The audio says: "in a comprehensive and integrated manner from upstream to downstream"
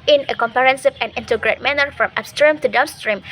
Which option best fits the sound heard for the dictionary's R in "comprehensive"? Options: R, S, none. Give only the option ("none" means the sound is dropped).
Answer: none